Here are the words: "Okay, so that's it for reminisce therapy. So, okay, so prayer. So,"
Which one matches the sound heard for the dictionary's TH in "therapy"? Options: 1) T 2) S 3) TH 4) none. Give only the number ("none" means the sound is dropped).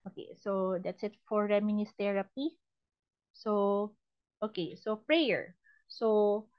1